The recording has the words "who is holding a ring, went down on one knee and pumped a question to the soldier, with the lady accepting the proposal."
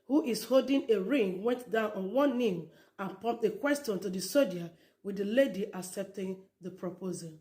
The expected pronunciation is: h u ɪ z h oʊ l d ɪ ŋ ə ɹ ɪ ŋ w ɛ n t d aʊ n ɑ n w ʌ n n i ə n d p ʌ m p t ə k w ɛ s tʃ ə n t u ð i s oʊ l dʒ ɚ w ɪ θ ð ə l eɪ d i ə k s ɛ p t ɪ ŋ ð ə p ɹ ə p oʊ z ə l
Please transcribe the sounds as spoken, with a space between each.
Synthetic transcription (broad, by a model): h u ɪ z h oʊ l d ɪ ŋ ə ɹ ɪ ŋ w ɛ n t d aʊ n ɑ n w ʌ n n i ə n p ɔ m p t ə k w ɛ s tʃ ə n t u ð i s oʊ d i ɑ w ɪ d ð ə l eɪ d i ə k s ɛ p t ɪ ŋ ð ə p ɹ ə p oʊ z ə l